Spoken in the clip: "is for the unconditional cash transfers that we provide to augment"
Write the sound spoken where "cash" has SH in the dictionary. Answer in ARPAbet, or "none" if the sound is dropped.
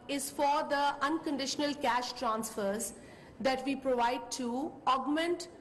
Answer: SH